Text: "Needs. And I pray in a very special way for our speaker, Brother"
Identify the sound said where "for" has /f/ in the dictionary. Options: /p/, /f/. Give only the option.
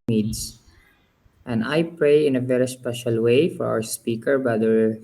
/f/